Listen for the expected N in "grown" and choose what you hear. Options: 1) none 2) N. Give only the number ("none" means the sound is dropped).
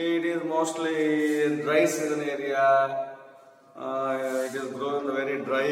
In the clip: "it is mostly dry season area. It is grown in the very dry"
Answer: 1